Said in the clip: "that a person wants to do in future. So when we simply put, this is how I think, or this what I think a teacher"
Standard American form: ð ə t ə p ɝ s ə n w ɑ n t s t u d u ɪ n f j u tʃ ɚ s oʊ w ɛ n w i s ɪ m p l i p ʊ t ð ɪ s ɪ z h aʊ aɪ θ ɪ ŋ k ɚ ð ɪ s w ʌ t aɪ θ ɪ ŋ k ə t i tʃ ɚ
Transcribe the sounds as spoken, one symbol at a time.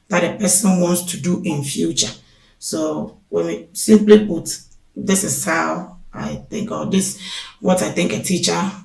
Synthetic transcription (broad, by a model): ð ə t ə p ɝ s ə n w ɑ n t s t u d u ɪ n f j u tʃ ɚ s oʊ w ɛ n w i s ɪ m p l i b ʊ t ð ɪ s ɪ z h aʊ aɪ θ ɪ ŋ k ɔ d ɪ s w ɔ t aɪ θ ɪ ŋ k ə t i tʃ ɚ